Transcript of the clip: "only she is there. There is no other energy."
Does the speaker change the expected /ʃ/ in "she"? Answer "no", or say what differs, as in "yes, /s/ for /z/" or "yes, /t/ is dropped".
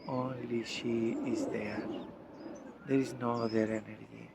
no